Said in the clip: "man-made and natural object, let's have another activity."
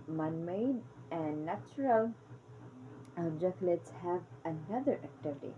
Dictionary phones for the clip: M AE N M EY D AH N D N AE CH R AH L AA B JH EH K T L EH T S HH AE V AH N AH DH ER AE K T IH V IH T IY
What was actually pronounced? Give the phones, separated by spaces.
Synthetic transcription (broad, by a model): M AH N M EY D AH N N AE CH R AH L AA JH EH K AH L EH T S HH AE V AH N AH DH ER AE K T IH V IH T IY